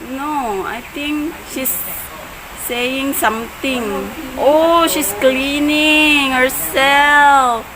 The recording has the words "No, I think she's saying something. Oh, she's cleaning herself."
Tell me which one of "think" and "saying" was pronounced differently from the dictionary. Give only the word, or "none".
think